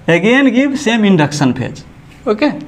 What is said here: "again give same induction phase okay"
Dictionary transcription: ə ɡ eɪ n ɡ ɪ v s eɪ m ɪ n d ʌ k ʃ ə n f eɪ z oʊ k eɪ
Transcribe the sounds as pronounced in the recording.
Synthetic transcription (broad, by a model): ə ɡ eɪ n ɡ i b s eɪ m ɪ n d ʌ k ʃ ə n p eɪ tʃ oʊ k eɪ